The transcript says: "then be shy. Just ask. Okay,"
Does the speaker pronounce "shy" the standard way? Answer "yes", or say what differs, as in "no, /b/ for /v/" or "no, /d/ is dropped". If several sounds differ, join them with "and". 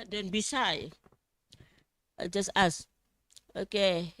no, /s/ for /ʃ/